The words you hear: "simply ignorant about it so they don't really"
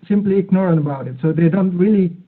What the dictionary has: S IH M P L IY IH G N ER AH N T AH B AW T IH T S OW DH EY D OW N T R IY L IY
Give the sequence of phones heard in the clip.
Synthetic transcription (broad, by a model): S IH M P L IY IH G N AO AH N AH B AW T IH T S OW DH EY D OW N T R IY L IY